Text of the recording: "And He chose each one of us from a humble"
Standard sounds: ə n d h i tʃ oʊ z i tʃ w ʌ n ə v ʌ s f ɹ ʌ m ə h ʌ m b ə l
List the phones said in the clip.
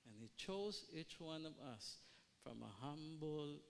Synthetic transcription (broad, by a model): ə n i tʃ oʊ z i tʃ w ʌ n ə v ʌ s f ɹ ʌ m ə h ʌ m b l